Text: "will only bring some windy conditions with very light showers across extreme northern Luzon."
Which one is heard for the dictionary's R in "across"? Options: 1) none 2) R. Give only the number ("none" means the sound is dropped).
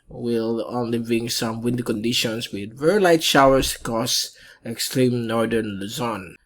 1